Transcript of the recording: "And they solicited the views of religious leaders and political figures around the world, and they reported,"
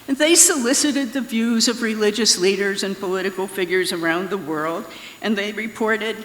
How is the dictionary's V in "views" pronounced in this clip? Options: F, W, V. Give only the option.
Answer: V